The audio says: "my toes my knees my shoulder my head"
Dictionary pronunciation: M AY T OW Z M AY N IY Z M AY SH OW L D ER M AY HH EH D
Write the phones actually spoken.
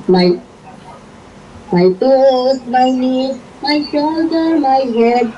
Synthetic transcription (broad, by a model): M AY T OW S M AY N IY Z M AY SH OW L D ER M AY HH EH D